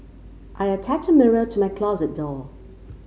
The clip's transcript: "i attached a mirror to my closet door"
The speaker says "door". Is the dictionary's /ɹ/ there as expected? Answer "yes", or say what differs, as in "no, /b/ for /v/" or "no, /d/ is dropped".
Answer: no, /l/ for /ɹ/